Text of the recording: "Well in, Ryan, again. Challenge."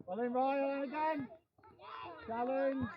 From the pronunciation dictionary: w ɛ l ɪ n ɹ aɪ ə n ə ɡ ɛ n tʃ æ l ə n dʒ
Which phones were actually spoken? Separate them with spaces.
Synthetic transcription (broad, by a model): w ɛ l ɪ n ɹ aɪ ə ə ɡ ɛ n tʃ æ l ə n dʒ